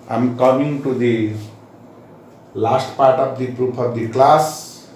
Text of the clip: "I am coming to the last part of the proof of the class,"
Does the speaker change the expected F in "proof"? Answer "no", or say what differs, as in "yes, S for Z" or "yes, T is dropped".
yes, P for F